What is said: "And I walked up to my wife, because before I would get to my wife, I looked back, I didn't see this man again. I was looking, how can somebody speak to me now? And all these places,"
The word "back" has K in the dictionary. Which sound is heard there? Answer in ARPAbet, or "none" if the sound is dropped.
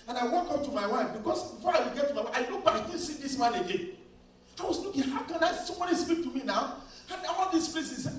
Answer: none